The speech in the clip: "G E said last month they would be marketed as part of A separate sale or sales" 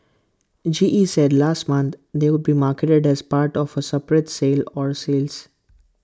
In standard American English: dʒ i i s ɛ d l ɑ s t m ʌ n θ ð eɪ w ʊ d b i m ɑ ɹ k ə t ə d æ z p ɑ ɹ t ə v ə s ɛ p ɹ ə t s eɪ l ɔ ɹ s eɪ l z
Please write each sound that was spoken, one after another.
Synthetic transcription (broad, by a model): dʒ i i s ɛ d l ɑ s t m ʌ n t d eɪ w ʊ d b i m ɑ ɹ k ə t ə d æ z p ɑ ɹ t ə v ə s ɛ p ɹ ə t s eɪ l ɔ ɹ s eɪ l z